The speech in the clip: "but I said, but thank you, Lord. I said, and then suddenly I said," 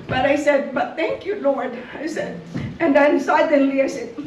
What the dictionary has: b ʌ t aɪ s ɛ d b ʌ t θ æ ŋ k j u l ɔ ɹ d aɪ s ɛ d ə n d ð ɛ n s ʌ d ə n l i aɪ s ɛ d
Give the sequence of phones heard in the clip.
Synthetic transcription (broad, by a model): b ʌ t aɪ s ɛ d b ʌ t θ æ ŋ k j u l ɔ ɹ d aɪ s ɛ d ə n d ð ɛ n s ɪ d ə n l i aɪ s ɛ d